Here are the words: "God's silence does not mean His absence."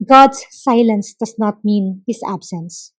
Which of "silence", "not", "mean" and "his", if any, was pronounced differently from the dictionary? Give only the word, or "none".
his